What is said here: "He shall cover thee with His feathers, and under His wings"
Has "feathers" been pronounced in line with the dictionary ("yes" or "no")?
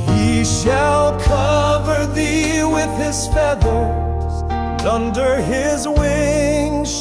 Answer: no